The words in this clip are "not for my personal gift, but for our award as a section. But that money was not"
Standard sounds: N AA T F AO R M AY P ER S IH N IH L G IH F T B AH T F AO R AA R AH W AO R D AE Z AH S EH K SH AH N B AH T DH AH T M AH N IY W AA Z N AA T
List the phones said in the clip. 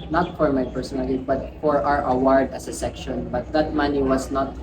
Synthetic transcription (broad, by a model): N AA T F AO R M AY P ER S IH N IH L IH T B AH T F AO R AA R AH W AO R D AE S AH S EH K SH AH N B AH T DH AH T M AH N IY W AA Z N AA T